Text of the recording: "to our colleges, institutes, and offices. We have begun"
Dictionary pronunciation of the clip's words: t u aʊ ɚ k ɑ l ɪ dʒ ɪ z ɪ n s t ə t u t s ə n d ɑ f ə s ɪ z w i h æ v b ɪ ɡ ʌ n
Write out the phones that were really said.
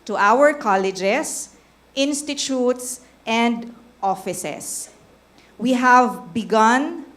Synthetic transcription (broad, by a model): t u aʊ ɚ k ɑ l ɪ dʒ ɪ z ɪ n s t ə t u t s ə n d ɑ f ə s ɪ s w i h æ v b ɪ ɡ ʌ n